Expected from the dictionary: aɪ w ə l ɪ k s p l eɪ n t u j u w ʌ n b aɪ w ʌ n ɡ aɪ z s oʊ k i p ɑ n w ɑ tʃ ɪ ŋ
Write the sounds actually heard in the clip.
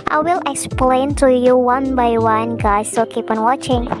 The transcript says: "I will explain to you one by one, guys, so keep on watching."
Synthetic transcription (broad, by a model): aɪ w ə l ɪ k s p l eɪ n t u j u w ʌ n b aɪ w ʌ n ɡ aɪ s oʊ k i p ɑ n w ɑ tʃ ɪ ŋ